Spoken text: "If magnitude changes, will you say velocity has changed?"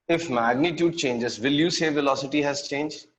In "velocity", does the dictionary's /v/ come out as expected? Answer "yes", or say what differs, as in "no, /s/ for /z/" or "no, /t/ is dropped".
yes